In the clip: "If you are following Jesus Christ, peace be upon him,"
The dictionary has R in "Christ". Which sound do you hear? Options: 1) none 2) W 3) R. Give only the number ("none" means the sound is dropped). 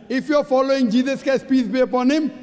1